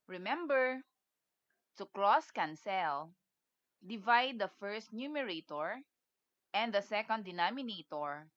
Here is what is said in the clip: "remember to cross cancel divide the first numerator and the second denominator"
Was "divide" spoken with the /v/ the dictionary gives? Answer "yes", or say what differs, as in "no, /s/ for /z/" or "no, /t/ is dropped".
yes